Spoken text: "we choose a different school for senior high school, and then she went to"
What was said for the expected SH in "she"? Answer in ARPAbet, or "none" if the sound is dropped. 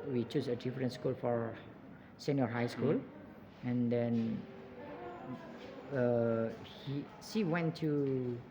S